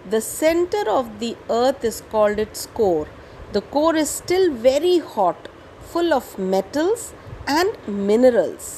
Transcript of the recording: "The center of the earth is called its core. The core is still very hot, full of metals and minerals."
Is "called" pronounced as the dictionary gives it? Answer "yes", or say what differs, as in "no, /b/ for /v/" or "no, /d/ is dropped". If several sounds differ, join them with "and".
yes